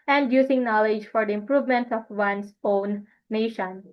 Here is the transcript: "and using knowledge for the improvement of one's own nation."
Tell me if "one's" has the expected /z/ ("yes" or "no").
no